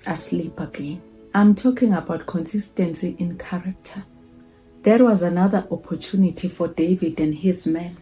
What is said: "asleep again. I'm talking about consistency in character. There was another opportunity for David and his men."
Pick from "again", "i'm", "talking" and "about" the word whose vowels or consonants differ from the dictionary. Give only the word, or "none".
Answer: none